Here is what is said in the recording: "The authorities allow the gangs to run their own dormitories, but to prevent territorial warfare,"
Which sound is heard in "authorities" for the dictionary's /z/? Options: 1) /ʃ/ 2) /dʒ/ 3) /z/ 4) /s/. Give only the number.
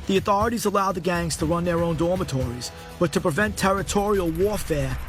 3